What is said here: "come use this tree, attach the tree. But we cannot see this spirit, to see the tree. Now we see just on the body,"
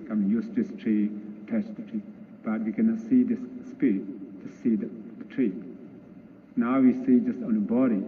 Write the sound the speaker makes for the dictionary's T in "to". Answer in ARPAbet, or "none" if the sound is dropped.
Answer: S